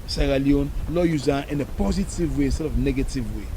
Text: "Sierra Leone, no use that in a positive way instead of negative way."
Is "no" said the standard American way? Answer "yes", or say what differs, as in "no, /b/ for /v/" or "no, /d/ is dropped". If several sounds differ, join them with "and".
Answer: no, /l/ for /n/